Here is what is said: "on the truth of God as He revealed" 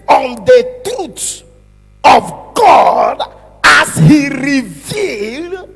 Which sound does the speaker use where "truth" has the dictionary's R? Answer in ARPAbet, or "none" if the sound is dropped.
none